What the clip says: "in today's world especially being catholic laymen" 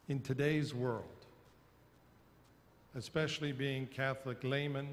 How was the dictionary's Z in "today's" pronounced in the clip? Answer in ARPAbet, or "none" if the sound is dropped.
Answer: Z